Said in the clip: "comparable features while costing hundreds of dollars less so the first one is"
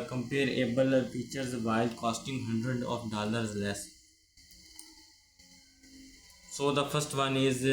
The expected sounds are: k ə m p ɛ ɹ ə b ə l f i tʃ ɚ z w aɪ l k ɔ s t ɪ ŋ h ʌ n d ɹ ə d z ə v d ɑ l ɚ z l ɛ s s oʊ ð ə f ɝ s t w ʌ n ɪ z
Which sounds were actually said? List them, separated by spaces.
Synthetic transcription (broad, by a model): k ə m p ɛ ɹ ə b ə l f i tʃ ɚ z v aɪ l k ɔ s t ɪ ŋ h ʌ n d ɹ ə d ə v d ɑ l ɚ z l ɛ s s oʊ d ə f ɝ s t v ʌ n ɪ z